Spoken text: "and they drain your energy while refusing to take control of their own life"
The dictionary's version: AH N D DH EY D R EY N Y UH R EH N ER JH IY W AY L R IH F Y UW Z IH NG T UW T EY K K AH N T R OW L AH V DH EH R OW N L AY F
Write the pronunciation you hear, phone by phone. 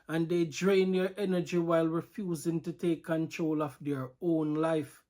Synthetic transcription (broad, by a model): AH N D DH EY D R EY N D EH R EH N ER JH IY W AY L R IH F Y UW Z IH NG T UW T EY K K AH N T R OW L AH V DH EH R OW N L AY F